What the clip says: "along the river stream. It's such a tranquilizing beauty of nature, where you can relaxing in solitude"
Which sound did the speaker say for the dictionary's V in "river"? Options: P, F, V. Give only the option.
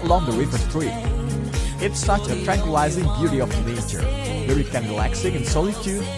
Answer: F